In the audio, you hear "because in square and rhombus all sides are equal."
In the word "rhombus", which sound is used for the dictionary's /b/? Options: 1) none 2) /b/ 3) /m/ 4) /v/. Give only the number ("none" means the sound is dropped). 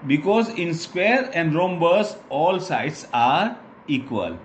2